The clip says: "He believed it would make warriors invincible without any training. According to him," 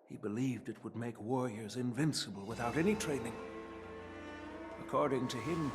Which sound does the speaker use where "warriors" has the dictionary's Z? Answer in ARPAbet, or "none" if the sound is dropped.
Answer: Z